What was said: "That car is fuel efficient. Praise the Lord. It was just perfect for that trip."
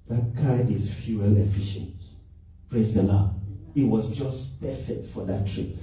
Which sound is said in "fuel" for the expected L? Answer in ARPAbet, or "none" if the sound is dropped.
L